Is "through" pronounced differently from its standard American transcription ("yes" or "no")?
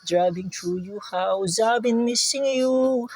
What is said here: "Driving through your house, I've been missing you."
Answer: yes